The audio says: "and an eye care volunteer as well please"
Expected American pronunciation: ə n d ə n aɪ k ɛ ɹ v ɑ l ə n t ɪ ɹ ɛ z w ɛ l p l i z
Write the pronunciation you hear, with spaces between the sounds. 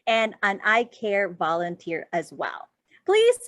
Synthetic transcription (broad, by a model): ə n ə n aɪ k ɛ ɹ v ɑ l ə n t ɪ ɹ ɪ z w ɛ l p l i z